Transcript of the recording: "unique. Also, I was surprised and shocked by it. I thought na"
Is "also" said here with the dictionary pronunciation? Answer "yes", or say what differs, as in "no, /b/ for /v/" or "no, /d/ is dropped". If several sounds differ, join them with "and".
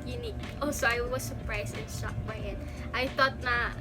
no, /l/ is dropped